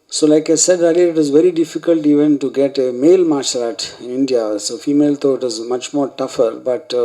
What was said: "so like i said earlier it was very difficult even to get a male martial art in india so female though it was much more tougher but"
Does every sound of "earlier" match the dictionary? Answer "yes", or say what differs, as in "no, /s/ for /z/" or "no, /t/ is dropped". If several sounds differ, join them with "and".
no, /l/ is dropped